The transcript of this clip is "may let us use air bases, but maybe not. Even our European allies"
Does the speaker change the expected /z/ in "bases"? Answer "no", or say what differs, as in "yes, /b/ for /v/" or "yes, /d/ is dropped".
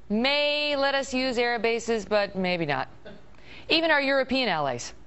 no